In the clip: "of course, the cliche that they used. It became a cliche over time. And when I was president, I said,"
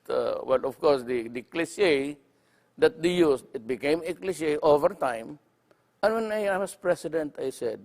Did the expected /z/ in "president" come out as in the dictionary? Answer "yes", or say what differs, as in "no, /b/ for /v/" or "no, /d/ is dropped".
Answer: no, /s/ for /z/